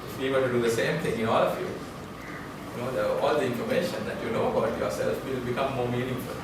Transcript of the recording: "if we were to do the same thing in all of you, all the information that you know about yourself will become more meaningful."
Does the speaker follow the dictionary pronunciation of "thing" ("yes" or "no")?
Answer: no